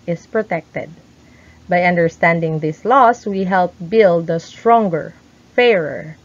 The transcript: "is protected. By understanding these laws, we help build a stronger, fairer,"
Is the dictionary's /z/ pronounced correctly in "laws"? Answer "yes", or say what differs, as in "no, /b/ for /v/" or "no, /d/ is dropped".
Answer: no, /s/ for /z/